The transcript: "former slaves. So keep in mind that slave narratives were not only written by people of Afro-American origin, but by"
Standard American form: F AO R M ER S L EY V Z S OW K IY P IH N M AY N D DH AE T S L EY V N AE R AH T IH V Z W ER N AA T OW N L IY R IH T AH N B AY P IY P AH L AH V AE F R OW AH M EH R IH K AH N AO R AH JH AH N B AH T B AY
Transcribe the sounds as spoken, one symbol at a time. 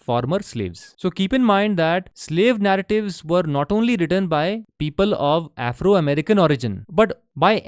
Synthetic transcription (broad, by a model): F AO R M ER S L EY V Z S OW K IY P IH N M AY N D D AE T S L EY V N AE R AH T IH V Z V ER N AA T OW N L IY R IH T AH N B AY P IY P AH L AH V AE F R OW AH M EH R IH K AH N AO R AH JH AH N B AH T B AY